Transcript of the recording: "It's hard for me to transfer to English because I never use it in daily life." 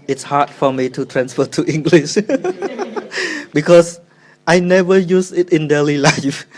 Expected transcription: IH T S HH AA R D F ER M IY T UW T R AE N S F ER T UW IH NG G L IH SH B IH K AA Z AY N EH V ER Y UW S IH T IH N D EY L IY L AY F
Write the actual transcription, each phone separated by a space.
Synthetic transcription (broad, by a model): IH T S HH AA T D F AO M IY T UW T R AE N S F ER T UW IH NG G L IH SH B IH K AA S AY N EH V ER Y UW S IH T IH N D EY L IY L AY F